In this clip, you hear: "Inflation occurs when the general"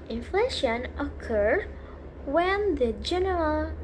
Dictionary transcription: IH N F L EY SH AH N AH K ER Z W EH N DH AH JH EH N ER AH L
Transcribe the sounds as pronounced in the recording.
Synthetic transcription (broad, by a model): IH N F L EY SH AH N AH K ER W EH N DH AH JH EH N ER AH L